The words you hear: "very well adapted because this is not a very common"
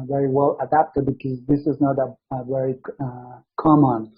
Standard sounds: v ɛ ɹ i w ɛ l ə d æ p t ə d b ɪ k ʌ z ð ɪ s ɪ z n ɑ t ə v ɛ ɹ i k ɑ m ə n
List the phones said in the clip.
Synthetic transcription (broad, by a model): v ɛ ɹ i w ɛ l ə d æ p t ə d b ɪ k ʌ z ð ɪ s ɪ z n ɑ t ə v ɛ ɹ i k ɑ m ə n